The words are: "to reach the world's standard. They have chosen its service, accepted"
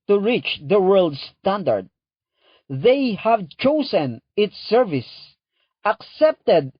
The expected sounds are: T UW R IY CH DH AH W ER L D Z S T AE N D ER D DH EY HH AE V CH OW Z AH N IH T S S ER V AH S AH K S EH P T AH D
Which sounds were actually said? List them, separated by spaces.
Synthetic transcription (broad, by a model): T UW R IY CH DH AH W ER L D S T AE N D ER D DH EY HH AE V CH OW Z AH N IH T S S ER V AH S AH K S EH P T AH D